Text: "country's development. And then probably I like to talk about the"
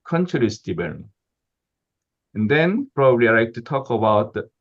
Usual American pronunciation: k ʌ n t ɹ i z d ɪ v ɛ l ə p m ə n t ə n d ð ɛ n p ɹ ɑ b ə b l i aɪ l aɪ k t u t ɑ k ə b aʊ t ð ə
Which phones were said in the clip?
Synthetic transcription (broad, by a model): k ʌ n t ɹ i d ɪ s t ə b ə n ə n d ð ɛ n p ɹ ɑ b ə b l i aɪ l aɪ k t u t ɑ k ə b aʊ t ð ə